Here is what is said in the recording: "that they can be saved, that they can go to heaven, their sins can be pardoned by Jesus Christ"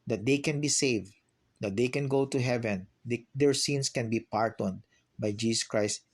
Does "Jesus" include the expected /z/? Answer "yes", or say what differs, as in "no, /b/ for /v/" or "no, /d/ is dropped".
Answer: no, /s/ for /z/